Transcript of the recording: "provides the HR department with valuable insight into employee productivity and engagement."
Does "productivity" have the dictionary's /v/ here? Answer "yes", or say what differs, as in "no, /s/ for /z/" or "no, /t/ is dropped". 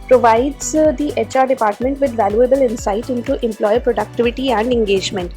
yes